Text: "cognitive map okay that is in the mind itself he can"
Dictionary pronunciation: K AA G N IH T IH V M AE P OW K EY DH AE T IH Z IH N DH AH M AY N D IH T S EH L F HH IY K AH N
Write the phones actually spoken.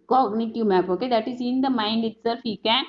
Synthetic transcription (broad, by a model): K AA G N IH T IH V M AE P OW K EY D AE T IH Z IH N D AH M AY N D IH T S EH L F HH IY K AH N